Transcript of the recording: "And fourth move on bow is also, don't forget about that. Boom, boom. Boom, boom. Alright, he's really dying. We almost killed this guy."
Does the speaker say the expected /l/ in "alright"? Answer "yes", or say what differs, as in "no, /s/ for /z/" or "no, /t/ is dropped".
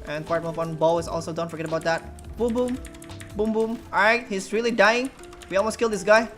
no, /l/ is dropped